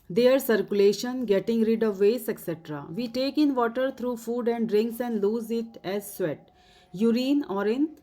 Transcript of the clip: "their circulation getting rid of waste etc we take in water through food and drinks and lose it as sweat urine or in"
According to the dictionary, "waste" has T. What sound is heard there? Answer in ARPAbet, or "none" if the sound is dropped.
none